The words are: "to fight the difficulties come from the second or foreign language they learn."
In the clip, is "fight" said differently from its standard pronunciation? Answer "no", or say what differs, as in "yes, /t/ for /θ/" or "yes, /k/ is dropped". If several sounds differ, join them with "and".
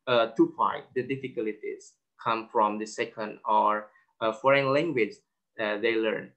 yes, /p/ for /f/